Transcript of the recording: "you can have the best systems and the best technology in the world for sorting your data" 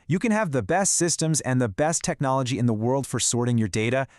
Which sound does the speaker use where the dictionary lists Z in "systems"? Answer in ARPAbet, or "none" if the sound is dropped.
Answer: Z